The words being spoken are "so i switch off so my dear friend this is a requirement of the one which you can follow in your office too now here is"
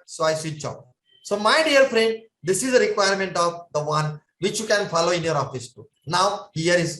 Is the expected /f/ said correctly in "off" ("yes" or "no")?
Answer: no